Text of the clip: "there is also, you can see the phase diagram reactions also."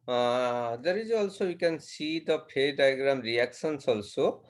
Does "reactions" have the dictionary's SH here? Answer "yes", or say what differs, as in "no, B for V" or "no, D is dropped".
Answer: no, S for SH